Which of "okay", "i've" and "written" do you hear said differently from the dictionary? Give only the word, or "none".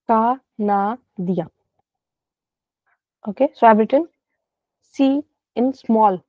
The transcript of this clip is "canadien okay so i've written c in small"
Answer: i've